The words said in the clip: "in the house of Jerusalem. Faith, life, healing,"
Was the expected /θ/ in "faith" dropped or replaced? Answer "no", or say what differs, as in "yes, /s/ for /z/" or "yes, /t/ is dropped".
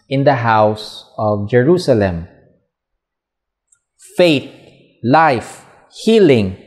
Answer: yes, /t/ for /θ/